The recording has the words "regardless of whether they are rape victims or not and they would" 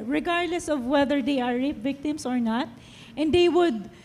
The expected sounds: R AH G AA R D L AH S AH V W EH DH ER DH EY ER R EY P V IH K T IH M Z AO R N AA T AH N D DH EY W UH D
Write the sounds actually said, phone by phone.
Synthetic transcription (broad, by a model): R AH G AA R D L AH S AH V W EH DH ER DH EY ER R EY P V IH K T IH M S AO R N AA T AH N D EY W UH D